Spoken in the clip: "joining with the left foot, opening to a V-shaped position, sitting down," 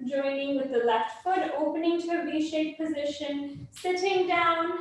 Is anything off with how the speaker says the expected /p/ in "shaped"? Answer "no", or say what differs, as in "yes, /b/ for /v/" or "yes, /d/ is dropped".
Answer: yes, /p/ is dropped